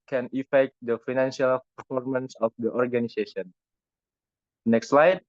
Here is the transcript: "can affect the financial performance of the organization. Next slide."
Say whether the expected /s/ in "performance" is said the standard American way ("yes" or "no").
yes